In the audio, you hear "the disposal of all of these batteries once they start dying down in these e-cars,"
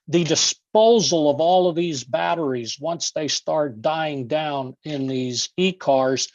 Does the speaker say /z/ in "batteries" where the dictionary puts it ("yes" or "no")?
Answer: yes